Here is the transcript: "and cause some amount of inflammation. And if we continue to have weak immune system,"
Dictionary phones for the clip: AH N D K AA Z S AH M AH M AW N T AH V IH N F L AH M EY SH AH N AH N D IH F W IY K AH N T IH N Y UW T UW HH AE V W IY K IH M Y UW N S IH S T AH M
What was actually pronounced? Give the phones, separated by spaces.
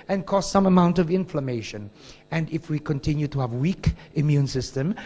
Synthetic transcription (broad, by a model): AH N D K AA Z S AH M AH M AW N T AH V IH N F L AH M EY SH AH N AH N D IH F W IY K AH N T IH N Y UW T UW HH AE V W IY K IH M Y UW N S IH S T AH M